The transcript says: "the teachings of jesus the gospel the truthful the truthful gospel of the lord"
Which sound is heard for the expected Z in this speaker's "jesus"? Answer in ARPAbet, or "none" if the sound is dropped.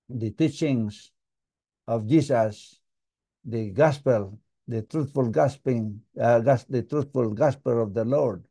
S